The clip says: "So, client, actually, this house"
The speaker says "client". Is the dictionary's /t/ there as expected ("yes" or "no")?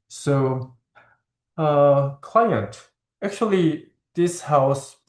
yes